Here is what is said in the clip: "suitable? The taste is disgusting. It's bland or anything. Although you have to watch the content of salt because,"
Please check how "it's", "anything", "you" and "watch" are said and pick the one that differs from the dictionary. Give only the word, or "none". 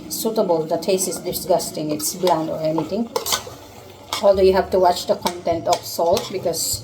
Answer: anything